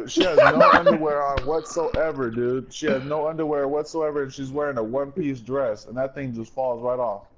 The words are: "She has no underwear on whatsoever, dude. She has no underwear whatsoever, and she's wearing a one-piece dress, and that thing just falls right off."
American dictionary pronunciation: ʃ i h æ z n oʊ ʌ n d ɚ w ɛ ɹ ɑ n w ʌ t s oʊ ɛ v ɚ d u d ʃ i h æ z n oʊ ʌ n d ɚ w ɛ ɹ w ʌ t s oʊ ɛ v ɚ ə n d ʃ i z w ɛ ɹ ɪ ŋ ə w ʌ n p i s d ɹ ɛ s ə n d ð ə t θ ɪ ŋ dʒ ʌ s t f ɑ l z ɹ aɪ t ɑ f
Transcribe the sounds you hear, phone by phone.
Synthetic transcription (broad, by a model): ʃ i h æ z n oʊ ʌ n d ɚ w ɛ ɹ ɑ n w ʌ t s oʊ ɛ v ɚ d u ʃ i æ z n oʊ ʌ n d ɚ w ɛ ɹ w ʌ t s oʊ ɛ v ɚ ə n ʃ i z w ɛ ɹ ɪ ŋ ə w ʌ n p i s d ɹ ɛ s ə n ð ə t θ ɪ ŋ dʒ ʌ s t f ɑ l z ɹ aɪ t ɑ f